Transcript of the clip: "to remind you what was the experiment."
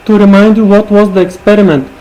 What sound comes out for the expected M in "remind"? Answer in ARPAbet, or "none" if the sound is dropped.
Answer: M